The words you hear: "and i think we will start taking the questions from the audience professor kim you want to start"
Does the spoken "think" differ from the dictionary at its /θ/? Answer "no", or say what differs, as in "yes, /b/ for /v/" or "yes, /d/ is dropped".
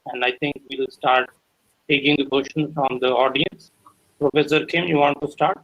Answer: yes, /t/ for /θ/